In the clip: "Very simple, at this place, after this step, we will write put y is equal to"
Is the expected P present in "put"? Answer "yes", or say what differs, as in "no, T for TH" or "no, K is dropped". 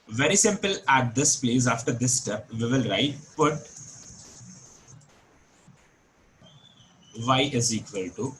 no, B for P